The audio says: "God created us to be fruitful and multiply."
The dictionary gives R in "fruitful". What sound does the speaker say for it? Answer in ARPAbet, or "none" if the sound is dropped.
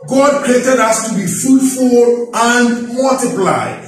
none